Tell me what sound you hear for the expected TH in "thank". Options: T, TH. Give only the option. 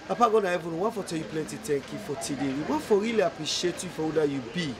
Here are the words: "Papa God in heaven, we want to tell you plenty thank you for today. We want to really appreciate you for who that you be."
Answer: T